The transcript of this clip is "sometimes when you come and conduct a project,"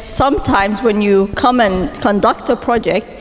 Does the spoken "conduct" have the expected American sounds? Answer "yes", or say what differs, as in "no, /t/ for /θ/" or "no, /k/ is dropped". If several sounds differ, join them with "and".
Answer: yes